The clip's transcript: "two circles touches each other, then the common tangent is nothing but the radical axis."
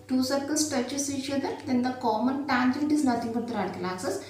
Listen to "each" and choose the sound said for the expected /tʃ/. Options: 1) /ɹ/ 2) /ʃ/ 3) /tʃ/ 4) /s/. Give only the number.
2